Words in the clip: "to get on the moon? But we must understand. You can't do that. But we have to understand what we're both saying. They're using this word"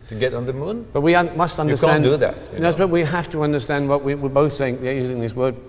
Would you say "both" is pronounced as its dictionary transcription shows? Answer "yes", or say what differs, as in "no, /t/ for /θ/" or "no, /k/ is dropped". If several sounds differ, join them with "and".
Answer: yes